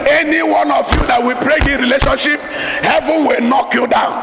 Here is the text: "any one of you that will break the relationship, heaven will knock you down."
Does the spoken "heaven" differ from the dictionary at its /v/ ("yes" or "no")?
no